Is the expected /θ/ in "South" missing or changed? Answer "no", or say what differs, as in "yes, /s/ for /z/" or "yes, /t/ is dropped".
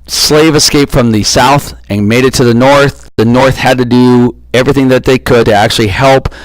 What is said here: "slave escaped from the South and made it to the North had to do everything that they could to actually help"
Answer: no